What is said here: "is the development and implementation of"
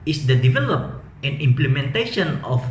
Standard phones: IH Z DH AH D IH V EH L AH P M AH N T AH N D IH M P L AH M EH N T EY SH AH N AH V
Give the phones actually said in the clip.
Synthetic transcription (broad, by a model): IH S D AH D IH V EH L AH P AH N AH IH M P L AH M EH N T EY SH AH N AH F